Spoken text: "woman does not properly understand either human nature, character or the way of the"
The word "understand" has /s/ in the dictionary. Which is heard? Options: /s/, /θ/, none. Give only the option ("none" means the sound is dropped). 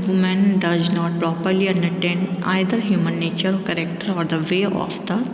none